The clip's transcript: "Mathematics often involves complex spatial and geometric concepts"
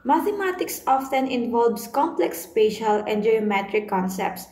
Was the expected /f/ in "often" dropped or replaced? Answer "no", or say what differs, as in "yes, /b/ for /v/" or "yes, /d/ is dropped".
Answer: no